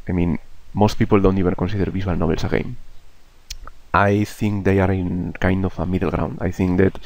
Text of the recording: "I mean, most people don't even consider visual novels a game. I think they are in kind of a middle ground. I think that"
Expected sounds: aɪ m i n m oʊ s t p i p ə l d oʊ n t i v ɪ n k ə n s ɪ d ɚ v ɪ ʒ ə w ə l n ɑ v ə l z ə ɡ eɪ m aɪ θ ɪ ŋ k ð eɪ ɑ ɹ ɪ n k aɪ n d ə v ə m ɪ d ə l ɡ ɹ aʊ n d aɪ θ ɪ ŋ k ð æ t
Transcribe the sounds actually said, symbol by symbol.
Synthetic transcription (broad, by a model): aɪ m i n m oʊ s t p i p ə l d oʊ n t i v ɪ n k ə n s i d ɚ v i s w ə l n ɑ b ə l s ə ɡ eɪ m aɪ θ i ŋ k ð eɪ ɑ ɹ ɪ n k aɪ n d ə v ə m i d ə l ɡ ɹ aʊ n d aɪ θ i ŋ k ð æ t